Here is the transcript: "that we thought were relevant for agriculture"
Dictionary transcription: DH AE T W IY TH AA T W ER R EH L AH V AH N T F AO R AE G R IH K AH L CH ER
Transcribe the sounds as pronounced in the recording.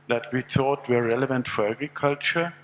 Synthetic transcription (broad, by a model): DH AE T W IY TH AA T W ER R EH L AH V AH N T F AO R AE G R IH K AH L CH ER